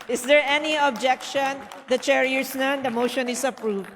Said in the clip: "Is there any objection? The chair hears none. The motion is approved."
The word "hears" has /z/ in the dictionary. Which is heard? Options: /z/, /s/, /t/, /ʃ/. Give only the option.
/s/